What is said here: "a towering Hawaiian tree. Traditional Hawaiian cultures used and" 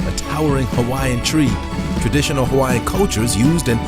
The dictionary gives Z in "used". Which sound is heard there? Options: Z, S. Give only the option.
Z